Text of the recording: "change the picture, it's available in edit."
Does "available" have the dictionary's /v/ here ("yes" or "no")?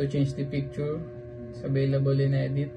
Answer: no